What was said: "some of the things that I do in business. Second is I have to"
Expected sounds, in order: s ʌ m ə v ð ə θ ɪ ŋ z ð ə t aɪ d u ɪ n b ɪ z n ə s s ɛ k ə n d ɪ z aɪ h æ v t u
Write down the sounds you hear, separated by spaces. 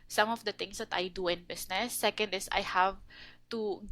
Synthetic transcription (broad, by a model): s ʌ m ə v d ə t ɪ ŋ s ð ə t aɪ d u ɪ n b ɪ s n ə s s ɛ k ə n d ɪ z aɪ h æ v t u